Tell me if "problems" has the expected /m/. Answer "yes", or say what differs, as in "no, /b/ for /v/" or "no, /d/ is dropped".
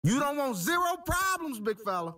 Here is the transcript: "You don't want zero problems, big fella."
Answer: yes